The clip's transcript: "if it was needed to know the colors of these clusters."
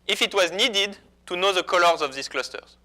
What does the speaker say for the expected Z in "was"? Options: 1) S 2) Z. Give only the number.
2